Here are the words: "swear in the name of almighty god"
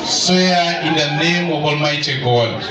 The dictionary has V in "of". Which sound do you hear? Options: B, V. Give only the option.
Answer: B